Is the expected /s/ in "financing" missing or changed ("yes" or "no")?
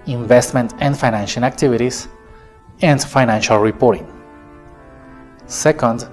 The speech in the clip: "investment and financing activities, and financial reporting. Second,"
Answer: yes